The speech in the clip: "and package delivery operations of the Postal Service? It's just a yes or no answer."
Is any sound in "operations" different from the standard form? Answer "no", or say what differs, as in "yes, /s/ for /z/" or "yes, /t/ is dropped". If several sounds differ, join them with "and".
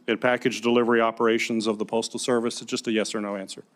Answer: no